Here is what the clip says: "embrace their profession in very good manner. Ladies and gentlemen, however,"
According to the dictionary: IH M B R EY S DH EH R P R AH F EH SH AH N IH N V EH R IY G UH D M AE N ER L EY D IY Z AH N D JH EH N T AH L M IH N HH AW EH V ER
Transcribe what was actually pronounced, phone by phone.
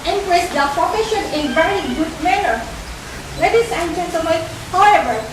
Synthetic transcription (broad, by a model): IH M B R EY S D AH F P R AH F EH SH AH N IH N V EH R IY G UH D M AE N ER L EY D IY S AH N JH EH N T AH M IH HH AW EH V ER